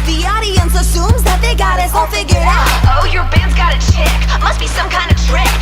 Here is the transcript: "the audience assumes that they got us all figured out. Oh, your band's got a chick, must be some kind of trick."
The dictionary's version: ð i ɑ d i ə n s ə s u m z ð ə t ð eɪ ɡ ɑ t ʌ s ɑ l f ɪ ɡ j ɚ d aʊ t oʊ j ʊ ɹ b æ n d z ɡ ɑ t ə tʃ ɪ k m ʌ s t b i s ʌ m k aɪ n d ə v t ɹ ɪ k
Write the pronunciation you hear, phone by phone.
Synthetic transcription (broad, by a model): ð i ɑ d i ə n s ə s u m z ð ə t ð eɪ ɡ ɑ t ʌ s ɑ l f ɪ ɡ j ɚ aʊ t oʊ j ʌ ɹ b æ n d z ɡ ɑ t ə tʃ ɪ k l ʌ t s b i s ʌ m k aɪ n d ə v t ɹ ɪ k